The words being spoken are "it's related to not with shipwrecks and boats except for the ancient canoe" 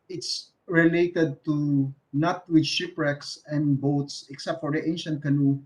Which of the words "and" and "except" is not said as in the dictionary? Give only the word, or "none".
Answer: none